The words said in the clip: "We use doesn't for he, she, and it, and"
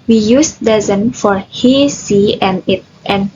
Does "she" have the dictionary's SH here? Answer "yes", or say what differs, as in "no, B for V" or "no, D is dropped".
no, S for SH